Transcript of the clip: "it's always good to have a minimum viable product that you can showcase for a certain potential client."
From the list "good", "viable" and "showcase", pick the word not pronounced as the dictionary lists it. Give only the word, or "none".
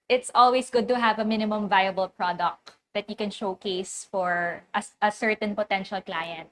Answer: none